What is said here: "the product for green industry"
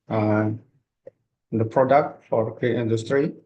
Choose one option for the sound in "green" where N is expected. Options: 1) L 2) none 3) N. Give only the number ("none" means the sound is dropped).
2